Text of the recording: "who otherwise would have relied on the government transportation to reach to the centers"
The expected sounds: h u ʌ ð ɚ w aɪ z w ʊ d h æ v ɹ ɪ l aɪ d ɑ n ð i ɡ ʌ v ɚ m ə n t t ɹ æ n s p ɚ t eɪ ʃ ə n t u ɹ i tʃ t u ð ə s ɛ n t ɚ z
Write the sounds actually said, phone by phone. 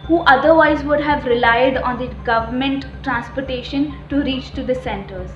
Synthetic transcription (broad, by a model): h u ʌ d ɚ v aɪ z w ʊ d h æ v ɹ ɪ l aɪ d ɑ n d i ɡ ʌ v ɚ m ə n t t ɹ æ n s p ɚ t eɪ ʃ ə n t u ɹ i tʃ t u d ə s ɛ n t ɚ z